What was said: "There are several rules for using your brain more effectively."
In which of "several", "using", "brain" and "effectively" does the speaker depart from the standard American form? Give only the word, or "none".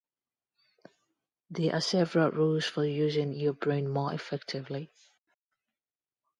none